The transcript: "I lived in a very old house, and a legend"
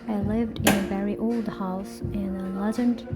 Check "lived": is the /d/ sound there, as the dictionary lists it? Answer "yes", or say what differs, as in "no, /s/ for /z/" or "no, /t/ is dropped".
yes